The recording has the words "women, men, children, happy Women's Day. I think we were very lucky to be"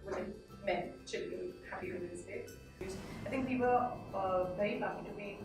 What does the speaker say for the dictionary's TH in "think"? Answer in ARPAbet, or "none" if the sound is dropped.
TH